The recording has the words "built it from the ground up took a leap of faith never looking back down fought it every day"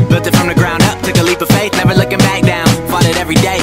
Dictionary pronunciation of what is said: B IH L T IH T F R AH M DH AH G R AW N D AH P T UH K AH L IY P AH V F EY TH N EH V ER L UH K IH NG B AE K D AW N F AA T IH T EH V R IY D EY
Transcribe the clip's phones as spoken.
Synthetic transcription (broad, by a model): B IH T IH T F R AH M DH AH G R AW N D AH P T UH K AH L IY P AH V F EY S N EH V ER L UH K IH NG B AE K D AW N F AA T IH T EH V R IY D EY